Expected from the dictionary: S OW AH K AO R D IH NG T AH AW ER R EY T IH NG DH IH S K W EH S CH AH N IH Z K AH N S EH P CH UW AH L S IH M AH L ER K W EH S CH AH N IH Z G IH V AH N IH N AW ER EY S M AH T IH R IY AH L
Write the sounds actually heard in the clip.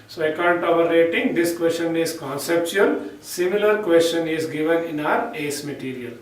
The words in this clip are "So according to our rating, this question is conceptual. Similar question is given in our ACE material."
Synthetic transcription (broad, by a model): S OW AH IH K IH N T AH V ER R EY T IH NG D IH S K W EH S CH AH N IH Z K AH N S EH P CH UW AH L S IH M AH L ER K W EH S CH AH N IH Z G IH V AH N IH N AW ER EY S M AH T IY R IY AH L